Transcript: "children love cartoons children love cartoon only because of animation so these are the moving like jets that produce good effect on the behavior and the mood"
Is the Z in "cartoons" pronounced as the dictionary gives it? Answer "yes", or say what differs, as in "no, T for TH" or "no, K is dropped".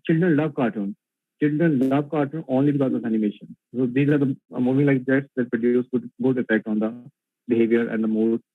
no, Z is dropped